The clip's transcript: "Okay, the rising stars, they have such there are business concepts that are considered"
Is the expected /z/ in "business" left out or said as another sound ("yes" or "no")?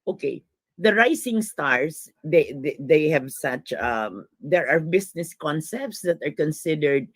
yes